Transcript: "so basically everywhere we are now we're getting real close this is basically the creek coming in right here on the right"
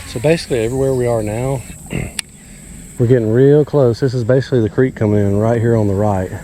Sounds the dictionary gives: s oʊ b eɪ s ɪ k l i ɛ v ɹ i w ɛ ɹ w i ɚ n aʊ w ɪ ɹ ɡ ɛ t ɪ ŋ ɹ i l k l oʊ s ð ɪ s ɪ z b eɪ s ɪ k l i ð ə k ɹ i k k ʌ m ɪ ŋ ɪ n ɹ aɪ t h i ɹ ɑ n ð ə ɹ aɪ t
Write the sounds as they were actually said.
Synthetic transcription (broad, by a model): s oʊ b eɪ s ɪ k l i ɛ v ɹ i w ɛ ɹ w i ɚ n aʊ w ɪ ɹ ɡ ɛ t ɪ ŋ ɹ i l k l oʊ s ð ɪ s ɪ z b eɪ s ɪ k l i ð ə k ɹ i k k ʌ m ɪ ŋ ɪ n ɹ aɪ t h i ɹ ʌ n ð ə ɹ aɪ t